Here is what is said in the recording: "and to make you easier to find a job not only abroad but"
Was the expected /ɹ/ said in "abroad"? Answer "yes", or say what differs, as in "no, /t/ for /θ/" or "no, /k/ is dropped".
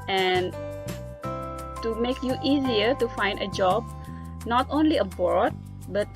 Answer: no, /ɹ/ is dropped